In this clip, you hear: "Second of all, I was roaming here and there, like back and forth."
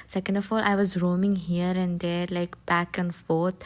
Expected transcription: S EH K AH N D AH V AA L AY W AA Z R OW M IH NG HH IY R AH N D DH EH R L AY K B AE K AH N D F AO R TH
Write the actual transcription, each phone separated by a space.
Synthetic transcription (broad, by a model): S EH K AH N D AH F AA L AY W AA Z R OW M IH NG HH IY R AH N D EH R L AY K B AE K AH N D F AO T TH